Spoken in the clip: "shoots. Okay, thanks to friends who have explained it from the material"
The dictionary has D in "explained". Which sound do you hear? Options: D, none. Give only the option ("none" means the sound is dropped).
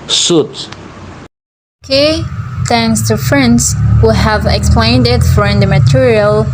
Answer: D